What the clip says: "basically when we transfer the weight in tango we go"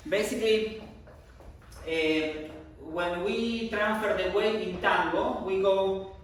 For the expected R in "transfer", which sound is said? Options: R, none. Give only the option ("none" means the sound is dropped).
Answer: R